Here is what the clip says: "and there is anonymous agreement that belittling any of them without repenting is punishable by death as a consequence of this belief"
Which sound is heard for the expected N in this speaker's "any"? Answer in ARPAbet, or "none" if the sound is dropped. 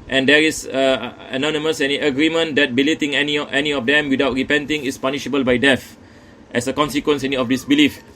N